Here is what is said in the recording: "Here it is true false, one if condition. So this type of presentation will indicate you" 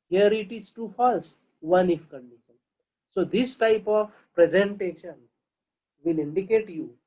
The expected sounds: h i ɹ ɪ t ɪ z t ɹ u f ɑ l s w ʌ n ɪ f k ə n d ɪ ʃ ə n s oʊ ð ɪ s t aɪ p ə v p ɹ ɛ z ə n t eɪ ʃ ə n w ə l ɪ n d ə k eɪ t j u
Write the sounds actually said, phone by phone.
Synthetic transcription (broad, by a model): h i ɹ ɪ t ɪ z t u f ɑ l s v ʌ n ɪ f k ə n d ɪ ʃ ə n s oʊ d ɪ s t aɪ p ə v p ɹ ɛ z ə n t eɪ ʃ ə n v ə l ɪ n d ə k eɪ t j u